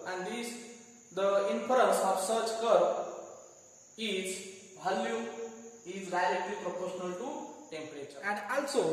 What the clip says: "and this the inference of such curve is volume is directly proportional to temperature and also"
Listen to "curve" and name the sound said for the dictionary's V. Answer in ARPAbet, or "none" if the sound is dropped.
none